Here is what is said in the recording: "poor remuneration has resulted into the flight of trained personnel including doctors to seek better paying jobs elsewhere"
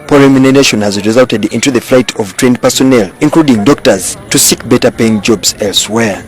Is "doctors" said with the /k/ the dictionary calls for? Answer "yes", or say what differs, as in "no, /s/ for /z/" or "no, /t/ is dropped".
yes